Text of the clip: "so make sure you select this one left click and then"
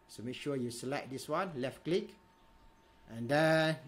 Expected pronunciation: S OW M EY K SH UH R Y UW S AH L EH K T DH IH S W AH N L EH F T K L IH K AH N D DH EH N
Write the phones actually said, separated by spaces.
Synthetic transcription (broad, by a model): S OW M EY K SH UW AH Y UW S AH L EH T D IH S W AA N L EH F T K L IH K AH N D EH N